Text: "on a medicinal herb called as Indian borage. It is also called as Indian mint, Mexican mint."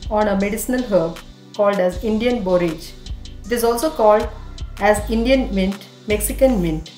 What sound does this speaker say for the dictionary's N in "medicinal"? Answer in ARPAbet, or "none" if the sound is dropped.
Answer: N